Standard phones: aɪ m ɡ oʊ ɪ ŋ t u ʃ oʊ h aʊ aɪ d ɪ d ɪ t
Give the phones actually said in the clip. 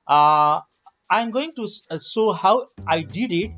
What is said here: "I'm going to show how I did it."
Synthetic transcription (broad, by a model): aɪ m ɡ oʊ ɪ ŋ t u s oʊ h aʊ aɪ d ɪ d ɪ t